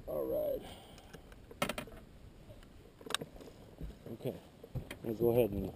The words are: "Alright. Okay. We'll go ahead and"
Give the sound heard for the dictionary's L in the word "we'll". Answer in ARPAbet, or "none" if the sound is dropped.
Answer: N